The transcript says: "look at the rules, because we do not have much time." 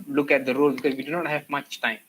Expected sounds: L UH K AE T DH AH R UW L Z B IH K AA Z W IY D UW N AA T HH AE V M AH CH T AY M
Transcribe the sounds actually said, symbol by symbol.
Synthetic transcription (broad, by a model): L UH K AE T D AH R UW L B IH K AA Z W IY D UW N AA T HH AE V M AH CH T AY M